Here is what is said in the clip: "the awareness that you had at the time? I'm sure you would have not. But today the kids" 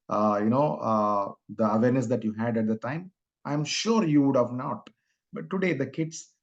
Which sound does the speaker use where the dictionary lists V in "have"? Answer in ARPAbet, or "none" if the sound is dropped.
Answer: V